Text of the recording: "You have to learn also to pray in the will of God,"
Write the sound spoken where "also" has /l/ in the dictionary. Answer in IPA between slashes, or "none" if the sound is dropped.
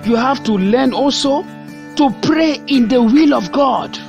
/l/